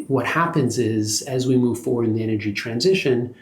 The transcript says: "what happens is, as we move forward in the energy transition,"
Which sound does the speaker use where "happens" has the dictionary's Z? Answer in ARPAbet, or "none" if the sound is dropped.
Z